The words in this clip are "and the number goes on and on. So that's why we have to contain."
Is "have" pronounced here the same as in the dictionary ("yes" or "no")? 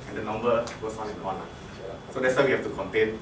no